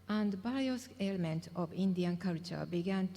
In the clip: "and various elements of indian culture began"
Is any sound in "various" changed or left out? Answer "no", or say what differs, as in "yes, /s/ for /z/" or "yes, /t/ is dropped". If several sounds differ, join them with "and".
yes, /b/ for /v/